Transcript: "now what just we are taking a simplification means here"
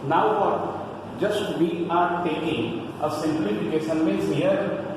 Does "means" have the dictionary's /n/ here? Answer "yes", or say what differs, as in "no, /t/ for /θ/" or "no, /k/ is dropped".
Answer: no, /n/ is dropped